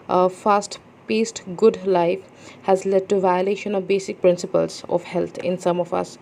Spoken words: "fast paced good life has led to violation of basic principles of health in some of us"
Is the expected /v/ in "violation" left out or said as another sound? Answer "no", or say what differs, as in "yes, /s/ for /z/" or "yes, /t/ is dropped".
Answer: no